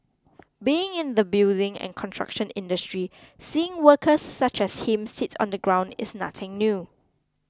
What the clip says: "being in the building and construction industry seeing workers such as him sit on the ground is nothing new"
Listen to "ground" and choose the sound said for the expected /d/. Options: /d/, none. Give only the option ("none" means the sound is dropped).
/d/